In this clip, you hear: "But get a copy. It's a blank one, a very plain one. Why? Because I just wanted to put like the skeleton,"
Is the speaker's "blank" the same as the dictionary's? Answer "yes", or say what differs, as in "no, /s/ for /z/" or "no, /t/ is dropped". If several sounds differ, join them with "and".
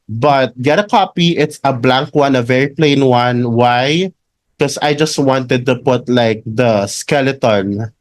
yes